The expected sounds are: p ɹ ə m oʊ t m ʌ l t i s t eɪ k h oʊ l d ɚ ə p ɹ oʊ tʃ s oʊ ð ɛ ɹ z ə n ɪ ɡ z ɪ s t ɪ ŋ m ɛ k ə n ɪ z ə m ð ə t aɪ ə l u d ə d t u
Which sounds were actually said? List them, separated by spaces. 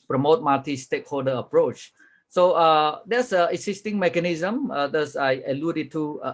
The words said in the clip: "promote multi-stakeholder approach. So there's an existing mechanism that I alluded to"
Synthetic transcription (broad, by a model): p ɹ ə m oʊ t m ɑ t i s t eɪ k h oʊ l d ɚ ə p ɹ oʊ tʃ s oʊ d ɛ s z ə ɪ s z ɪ s t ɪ ŋ m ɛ k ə n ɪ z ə m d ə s aɪ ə l u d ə t u